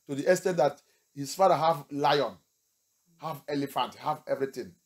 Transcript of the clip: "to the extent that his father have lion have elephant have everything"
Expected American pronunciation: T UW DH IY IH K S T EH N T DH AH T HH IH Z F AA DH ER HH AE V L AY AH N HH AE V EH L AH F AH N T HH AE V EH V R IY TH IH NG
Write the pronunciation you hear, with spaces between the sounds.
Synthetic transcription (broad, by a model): T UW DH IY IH S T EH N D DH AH T HH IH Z F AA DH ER HH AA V L AY AH N HH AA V EH L AH F AH N T HH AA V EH V R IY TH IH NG